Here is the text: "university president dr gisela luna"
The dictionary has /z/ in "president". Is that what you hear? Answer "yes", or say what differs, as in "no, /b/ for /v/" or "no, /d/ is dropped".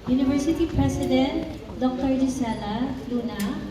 no, /s/ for /z/